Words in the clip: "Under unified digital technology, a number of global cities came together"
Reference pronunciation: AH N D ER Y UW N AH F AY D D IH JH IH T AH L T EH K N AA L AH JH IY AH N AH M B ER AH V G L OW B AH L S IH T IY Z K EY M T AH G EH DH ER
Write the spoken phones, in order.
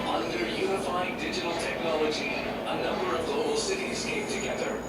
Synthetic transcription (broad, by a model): AH N D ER Y UW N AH F AY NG D IH JH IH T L T EH K N AA L AH JH IY AH N AH M B ER AH V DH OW AH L S IH T IY Z K EY M T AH G EH DH ER